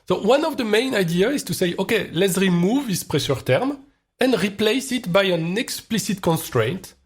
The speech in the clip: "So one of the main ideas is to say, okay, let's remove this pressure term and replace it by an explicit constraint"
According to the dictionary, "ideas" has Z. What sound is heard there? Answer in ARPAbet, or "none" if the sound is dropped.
none